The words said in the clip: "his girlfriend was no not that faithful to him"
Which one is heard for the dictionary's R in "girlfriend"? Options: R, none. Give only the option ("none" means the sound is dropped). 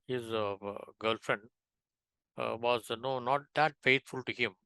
R